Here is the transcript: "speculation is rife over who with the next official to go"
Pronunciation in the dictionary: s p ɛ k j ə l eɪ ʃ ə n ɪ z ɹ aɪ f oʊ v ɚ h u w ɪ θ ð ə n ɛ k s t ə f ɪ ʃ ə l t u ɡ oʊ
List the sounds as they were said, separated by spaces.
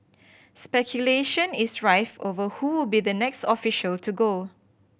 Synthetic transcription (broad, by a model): s p ɛ k j ə l eɪ ʃ ə n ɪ s ɹ aɪ f oʊ v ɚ h u w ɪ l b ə n ɛ k s t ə f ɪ ʃ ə l t u ɡ oʊ